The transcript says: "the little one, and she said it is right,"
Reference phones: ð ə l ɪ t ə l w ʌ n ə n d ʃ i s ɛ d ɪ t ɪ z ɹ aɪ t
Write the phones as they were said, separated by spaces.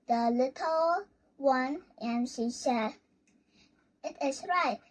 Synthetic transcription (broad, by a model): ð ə l ɪ t ə l w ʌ n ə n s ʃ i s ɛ ɪ t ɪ s ɹ aɪ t